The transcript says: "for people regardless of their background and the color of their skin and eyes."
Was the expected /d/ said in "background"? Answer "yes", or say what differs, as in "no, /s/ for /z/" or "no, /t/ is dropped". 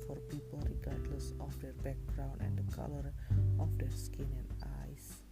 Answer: no, /d/ is dropped